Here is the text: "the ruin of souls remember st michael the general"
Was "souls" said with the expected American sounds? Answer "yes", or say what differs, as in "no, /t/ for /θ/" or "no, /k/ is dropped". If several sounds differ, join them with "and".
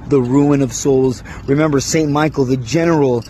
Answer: yes